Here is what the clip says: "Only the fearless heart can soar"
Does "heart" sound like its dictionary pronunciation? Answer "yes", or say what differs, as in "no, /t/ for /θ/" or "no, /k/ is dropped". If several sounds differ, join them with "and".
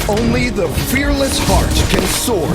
yes